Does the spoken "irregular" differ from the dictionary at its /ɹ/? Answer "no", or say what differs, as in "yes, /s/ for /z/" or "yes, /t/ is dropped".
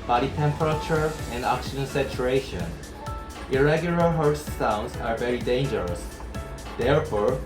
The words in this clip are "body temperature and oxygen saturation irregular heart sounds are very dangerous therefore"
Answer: no